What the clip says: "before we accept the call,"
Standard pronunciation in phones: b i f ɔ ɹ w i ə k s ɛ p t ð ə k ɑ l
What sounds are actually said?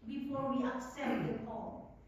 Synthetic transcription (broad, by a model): b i f ɔ ɹ w i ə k s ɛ t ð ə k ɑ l